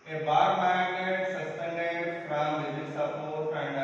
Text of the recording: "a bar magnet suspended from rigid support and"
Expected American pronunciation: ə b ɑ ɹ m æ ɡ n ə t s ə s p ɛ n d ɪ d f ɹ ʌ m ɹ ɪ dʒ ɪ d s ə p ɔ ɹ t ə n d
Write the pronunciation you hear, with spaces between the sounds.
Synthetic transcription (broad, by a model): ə b ɑ ɹ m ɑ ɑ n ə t s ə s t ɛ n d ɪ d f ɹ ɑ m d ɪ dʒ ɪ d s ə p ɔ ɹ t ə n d